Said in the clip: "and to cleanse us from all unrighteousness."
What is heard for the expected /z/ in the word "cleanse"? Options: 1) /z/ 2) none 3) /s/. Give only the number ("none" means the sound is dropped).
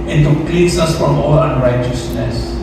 3